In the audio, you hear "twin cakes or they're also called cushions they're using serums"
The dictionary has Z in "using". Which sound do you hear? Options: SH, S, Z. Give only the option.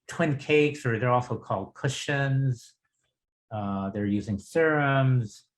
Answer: Z